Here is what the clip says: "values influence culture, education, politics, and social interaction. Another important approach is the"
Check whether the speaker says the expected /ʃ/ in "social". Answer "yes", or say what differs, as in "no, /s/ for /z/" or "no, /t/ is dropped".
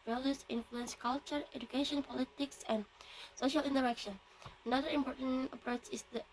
yes